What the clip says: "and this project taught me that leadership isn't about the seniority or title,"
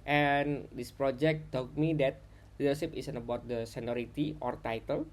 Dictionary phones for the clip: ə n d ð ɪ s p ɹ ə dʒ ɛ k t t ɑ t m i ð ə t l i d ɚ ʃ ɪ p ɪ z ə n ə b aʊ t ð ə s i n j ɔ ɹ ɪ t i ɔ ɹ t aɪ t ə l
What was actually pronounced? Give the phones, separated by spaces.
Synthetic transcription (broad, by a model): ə n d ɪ s p ɹ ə dʒ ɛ k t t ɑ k m i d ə t l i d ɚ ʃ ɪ p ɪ s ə n ə b aʊ t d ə s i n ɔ ɹ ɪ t i ɔ ɹ t aɪ t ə l